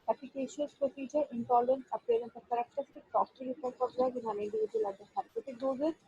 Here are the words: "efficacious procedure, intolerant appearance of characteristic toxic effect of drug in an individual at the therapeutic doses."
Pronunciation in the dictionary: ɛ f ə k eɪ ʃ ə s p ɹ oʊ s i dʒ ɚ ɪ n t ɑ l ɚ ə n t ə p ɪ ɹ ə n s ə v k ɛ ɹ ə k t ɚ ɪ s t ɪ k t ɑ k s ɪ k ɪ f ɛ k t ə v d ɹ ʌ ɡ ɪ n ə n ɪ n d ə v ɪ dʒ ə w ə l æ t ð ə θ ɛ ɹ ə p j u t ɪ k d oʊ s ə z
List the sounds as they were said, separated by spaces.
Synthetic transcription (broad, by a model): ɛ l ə k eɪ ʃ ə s p ɹ oʊ s i dʒ ɚ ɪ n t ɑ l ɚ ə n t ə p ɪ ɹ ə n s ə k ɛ ɹ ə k t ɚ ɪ s t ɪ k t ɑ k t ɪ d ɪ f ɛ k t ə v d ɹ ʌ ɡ ɪ n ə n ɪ n d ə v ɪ dʒ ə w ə l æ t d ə s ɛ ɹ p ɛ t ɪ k d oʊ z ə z